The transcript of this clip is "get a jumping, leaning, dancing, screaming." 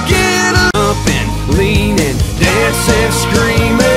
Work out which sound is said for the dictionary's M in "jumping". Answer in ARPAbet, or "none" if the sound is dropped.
none